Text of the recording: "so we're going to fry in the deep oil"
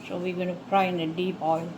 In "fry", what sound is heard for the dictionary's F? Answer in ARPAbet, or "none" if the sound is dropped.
P